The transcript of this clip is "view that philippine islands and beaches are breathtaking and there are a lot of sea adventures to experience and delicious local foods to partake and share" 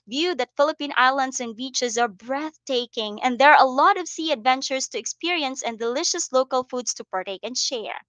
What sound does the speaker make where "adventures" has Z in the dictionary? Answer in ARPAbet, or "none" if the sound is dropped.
S